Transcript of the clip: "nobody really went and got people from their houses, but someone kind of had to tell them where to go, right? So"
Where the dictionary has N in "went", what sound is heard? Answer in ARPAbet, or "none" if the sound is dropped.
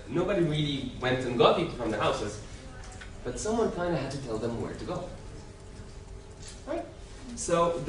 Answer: N